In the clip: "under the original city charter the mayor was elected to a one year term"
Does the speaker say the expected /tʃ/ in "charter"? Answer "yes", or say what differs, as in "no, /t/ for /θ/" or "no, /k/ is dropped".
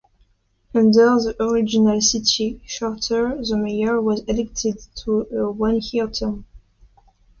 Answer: no, /ʃ/ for /tʃ/